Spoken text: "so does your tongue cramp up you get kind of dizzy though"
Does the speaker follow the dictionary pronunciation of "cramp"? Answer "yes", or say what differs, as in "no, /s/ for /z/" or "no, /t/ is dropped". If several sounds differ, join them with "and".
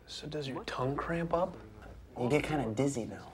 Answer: yes